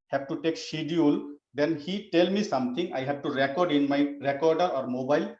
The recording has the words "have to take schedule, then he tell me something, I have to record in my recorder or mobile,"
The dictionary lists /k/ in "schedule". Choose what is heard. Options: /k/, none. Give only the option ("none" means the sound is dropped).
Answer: none